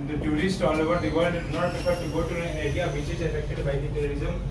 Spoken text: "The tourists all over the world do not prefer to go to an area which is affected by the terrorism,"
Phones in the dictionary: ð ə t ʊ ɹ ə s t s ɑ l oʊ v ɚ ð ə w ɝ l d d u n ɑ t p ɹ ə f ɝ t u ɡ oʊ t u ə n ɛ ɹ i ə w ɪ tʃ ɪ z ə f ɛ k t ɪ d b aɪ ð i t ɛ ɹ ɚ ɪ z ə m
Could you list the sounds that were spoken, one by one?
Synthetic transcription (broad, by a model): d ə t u ɹ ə s t ɑ l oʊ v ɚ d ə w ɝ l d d n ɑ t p ə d t u ɡ oʊ t u ə n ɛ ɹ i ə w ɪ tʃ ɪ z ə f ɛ k t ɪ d b aɪ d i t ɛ ɹ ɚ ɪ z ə m